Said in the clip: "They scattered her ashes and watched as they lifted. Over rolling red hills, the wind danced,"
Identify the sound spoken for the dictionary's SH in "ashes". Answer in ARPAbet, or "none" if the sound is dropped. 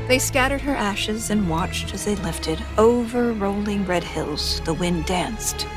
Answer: SH